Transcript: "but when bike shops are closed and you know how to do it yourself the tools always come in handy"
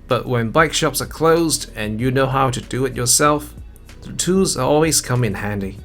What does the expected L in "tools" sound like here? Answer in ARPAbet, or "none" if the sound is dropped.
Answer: none